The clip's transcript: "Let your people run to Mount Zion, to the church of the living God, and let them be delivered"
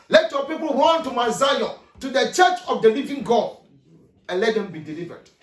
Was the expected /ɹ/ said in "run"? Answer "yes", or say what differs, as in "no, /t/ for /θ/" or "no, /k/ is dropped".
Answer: no, /w/ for /ɹ/